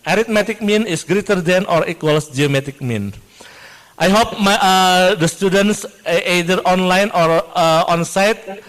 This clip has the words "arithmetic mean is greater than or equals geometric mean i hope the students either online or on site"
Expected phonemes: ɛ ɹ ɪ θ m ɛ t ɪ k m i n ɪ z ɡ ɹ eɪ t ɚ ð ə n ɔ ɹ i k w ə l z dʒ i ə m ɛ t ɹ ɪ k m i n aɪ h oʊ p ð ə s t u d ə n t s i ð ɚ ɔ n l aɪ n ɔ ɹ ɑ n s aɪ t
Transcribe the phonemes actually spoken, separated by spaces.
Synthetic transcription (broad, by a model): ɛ ɹ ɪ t m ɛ t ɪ k m i n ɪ s ɡ ɹ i t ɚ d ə n ɔ ɹ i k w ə l s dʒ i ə m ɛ t ɪ k m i n aɪ h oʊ p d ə s t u d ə n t s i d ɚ ɔ n l aɪ n ɔ ɹ ɑ n s aɪ t